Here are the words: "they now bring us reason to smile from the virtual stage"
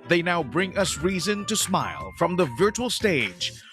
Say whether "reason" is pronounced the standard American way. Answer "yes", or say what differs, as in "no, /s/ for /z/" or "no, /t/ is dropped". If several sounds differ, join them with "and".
yes